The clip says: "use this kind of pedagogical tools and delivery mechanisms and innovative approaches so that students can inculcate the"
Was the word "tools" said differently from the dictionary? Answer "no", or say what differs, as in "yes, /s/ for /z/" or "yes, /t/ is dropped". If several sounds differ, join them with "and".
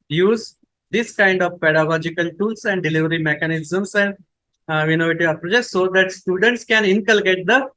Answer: yes, /s/ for /z/